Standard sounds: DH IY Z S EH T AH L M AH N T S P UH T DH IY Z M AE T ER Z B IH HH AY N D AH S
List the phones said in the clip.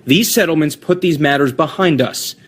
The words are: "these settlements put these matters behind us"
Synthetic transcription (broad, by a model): DH IY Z S EH T L M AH N T S P UH T DH IY Z M AE T ER Z B IH HH AY N D AH S